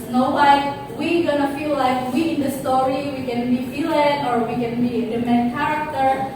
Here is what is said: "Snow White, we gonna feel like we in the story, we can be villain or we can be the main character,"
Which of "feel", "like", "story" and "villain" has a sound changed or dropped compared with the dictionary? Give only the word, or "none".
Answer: villain